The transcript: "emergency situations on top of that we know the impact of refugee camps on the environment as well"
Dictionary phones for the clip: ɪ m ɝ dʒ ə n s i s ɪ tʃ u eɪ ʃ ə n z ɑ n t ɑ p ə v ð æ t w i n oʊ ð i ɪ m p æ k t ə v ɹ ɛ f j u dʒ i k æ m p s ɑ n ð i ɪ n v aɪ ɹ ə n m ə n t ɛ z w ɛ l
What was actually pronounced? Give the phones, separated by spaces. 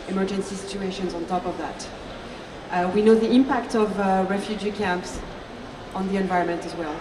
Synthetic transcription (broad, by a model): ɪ m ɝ dʒ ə n s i s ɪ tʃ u eɪ ʃ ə n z ɑ n t ɑ p ə v ð æ t w i n oʊ ð i ɪ m p æ k t ə v ɹ ɛ f j u dʒ i k æ m p s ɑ n ð i ɪ n v aɪ ɹ ə n m ə n t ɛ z w ɛ l